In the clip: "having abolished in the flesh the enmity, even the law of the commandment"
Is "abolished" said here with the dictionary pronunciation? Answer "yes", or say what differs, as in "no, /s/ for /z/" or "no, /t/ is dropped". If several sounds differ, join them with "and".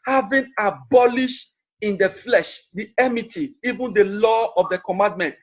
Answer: yes